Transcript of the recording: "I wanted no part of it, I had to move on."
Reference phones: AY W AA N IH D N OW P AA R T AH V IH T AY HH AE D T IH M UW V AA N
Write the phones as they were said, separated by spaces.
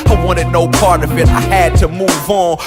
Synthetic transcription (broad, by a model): AY W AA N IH D N OW P AA R T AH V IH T AY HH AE D T IH M UW V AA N